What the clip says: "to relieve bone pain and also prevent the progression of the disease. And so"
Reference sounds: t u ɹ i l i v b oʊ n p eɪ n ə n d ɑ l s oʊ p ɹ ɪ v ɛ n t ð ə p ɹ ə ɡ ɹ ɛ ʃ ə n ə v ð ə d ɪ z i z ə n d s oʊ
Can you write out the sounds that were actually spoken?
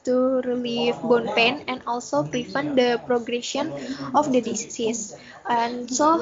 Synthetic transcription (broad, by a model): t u ɹ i l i f b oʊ n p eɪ n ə n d ɑ l s oʊ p ɹ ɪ f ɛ n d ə p ɹ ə ɡ ɹ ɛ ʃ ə n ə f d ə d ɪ s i s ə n s oʊ